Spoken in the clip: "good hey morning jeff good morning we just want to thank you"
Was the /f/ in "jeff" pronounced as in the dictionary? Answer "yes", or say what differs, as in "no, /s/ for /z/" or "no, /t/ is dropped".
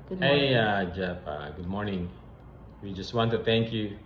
no, /p/ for /f/